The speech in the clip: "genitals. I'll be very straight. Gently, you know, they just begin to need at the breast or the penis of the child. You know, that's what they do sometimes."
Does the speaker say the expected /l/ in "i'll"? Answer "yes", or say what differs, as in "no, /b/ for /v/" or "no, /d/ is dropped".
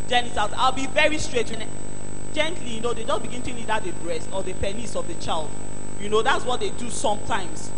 yes